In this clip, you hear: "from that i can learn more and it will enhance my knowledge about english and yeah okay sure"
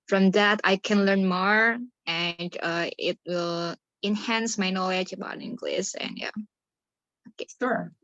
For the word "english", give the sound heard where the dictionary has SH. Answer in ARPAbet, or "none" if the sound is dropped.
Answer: S